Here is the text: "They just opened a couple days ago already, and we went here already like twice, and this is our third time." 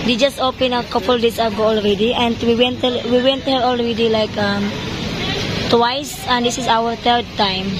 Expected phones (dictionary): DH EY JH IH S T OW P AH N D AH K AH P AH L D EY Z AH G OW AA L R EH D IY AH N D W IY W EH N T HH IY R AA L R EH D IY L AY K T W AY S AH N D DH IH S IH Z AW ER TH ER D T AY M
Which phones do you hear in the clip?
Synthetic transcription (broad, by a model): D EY JH IH S T OW P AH N AH K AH P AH L D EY S AH G OW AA L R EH D IY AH N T W IY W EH N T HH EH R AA L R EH D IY L AY K T W AY S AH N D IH S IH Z AW ER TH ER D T AY M